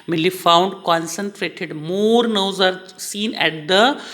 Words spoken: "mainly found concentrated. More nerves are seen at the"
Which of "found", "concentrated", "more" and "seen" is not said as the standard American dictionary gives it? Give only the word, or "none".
none